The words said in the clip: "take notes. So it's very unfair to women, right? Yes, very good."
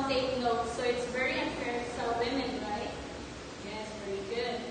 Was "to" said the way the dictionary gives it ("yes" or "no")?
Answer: no